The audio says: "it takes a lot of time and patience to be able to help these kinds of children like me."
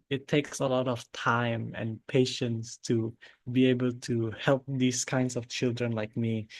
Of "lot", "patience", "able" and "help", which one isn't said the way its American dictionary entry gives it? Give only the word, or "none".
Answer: none